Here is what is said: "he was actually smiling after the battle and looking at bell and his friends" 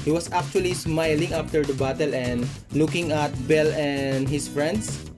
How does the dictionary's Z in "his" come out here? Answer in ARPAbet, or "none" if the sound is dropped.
S